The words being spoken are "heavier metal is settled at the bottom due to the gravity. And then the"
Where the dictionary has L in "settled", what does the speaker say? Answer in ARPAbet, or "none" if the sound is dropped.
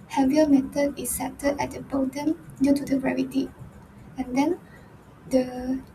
none